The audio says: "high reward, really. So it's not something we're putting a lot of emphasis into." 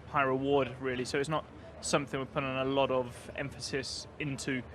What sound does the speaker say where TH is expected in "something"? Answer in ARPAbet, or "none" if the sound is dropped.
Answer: TH